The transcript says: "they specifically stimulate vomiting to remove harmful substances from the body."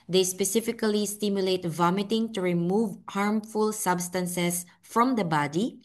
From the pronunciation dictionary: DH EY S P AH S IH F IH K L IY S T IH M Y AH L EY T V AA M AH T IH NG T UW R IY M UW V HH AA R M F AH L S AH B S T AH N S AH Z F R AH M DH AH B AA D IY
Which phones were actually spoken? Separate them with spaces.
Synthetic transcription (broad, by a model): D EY S P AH S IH F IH K L IY S T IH M Y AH L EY T V AA M AH T IH NG T UW R IY M UW V HH AA R M F AH L S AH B S T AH N S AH S F R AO M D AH B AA D IY